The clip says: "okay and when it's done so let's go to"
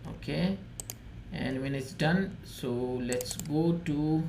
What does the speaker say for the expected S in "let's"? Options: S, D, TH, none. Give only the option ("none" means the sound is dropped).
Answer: S